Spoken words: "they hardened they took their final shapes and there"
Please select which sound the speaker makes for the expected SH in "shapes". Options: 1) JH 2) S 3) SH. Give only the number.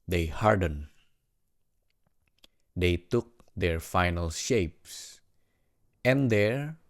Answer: 3